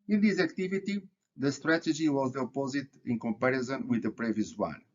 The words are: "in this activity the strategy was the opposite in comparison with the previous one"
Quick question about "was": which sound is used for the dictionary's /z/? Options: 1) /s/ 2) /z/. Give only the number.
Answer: 2